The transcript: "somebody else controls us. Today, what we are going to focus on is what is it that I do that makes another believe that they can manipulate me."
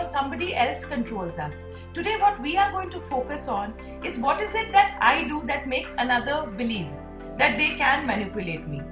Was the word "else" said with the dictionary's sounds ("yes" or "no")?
yes